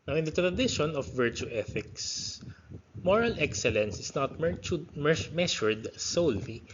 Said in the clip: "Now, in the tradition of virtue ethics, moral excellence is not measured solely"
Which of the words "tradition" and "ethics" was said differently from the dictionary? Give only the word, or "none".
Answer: none